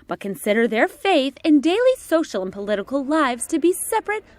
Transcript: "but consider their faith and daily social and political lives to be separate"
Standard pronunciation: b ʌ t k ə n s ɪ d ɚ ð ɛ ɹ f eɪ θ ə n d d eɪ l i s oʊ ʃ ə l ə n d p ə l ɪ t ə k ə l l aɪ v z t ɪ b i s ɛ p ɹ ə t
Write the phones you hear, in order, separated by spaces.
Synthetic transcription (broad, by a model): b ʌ t k ə n s ɪ d ɚ ð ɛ ɹ f eɪ θ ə n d d eɪ l i s oʊ ʃ l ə n p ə l ɪ t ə k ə l l aɪ v z t ɪ b i s ɛ p ɹ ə t